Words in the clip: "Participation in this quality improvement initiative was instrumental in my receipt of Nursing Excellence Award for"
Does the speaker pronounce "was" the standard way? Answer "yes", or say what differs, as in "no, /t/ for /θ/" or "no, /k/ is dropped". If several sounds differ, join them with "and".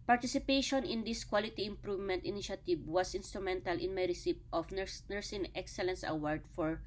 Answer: no, /s/ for /z/